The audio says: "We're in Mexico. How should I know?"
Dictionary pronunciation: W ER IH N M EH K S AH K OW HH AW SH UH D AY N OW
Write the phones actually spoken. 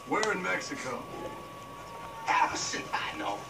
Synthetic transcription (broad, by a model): W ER IH N M EH K S AH K OW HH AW S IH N AY N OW